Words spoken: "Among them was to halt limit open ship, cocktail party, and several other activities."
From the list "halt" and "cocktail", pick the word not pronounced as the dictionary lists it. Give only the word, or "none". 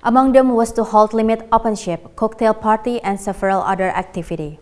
none